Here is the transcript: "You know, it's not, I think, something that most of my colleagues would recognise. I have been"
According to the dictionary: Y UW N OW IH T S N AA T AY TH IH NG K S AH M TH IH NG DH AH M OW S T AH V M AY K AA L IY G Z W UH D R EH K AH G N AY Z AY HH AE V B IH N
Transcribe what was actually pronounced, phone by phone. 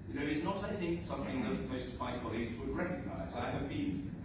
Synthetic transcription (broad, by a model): Y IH N OW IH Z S N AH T AY TH IH NG K S AH M TH IH NG DH AH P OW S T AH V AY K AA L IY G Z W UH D R EH K AH G N AY Z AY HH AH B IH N